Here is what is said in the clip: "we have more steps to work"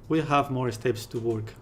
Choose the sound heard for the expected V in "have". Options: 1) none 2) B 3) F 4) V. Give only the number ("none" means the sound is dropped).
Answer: 4